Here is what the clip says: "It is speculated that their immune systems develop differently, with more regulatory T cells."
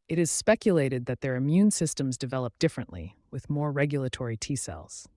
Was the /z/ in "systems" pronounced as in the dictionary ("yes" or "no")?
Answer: yes